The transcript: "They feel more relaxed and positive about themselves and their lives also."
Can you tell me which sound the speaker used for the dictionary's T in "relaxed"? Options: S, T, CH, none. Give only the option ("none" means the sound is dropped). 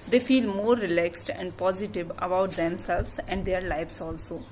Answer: T